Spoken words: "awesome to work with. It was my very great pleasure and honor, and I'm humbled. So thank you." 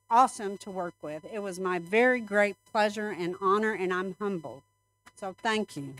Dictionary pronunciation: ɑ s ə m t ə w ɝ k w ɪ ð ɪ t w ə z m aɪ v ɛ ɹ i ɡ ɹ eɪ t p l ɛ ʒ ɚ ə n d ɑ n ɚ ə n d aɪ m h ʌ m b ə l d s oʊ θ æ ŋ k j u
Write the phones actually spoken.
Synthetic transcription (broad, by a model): ɑ s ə m t ə w ɝ k w ɪ ð ɪ t w ə z m aɪ v ɛ ɹ i ɡ ɹ eɪ t p l ɛ ʒ ɚ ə n ɑ n ɚ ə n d aɪ m h ʌ m b l s oʊ θ æ ŋ k j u